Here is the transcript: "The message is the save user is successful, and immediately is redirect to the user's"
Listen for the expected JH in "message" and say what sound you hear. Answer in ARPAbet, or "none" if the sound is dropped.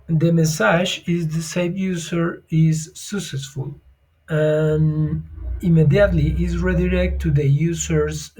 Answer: ZH